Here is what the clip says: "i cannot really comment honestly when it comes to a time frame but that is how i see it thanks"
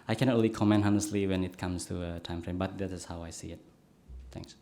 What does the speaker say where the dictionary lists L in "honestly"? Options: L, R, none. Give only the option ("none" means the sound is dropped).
L